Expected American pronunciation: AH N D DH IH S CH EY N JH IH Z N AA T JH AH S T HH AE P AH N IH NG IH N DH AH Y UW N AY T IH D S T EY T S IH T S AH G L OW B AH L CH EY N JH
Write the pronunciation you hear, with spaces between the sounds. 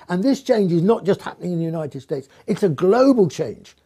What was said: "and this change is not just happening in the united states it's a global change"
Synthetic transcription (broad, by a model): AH N DH IH S CH EY N JH IH Z N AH T JH AH S T HH AE P AH N IH NG IH N DH AH Y UW N AY T IH D S T EY T S IH T S AH G L OW B AH L CH EY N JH